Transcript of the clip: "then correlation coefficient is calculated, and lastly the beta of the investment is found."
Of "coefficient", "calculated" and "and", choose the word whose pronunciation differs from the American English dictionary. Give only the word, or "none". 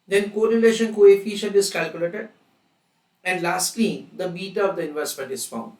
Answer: coefficient